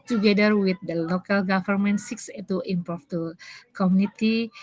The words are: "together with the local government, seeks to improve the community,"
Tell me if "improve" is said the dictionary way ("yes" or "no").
no